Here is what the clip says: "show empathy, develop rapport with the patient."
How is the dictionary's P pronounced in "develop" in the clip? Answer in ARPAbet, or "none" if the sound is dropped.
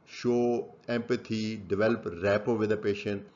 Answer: P